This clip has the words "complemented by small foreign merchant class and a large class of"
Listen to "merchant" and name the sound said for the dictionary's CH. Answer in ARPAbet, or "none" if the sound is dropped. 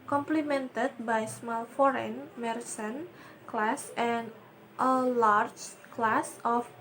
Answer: S